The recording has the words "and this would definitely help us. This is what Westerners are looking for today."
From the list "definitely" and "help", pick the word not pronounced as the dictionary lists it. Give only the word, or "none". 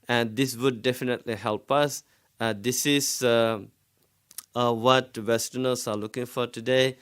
none